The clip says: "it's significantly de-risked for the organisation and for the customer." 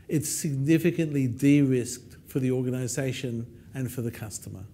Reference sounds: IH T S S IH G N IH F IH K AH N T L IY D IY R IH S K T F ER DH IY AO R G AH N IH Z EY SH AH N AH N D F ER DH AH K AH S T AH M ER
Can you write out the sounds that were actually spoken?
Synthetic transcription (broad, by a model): IH T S S IH G N IH F IH K AH N T L IY D IY R IH S K T F ER DH IY AO R G AH N IH Z EY SH AH N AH N F ER DH AH K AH S T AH M ER